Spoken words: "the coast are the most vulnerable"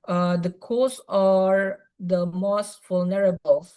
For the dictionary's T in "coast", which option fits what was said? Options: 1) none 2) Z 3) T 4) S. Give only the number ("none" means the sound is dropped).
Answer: 1